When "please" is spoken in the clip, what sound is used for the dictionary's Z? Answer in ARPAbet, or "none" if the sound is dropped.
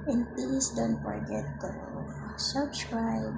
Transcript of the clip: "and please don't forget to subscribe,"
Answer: S